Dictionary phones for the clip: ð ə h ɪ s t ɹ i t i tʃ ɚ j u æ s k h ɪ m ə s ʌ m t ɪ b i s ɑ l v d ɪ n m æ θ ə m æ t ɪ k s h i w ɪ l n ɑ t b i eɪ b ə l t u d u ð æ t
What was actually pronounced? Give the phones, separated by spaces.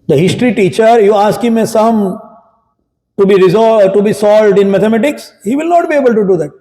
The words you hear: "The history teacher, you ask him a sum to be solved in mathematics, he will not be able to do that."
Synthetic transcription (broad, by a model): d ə h ɪ s t ɹ i t i tʃ ɚ j u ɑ s k h ɪ m ə s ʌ m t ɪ b i s ɑ l v d ɪ n m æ t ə m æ t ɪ k s h i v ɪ l n ɑ t b i eɪ b ə l t u d u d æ t